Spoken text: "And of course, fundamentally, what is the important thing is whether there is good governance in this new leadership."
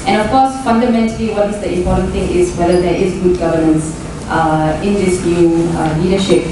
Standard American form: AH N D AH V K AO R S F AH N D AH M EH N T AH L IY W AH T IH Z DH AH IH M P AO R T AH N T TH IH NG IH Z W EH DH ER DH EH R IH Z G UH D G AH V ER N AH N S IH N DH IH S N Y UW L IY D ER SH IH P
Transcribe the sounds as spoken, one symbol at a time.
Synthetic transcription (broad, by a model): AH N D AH F K AO S F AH N D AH M EH N T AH L IY W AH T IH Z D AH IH M P AO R T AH N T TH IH NG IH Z W EH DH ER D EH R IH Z G UH D G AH V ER N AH N S IH N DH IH S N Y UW L IY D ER SH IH P